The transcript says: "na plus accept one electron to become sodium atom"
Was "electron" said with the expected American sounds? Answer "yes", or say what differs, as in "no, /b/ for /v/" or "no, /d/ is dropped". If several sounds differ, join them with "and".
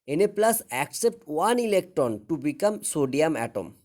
yes